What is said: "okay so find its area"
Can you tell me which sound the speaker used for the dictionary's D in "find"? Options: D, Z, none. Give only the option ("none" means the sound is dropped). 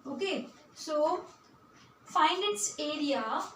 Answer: none